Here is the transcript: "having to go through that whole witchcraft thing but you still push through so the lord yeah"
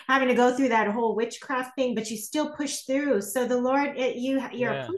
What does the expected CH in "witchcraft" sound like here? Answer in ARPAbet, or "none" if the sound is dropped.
CH